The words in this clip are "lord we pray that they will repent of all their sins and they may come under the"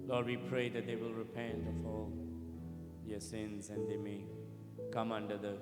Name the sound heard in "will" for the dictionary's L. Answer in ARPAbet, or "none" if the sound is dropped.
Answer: L